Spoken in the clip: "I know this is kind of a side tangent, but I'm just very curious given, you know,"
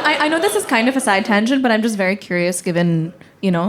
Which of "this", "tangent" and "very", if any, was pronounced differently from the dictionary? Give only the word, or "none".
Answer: tangent